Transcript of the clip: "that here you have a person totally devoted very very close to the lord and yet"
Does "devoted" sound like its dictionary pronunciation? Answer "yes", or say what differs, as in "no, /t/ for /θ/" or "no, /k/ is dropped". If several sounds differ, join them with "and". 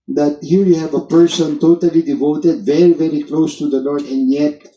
yes